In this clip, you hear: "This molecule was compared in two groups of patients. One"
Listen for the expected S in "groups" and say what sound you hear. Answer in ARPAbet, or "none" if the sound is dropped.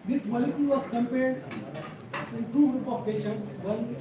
none